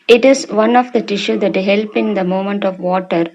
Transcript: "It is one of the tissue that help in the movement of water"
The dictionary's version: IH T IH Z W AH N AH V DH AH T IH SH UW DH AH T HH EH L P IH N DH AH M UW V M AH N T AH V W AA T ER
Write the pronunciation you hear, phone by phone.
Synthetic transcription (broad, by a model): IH T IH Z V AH N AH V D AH T IH SH UW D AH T HH EH L P IH N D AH M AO M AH N T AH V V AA T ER